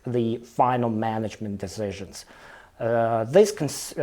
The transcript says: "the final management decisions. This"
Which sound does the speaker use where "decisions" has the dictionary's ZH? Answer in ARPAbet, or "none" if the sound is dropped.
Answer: ZH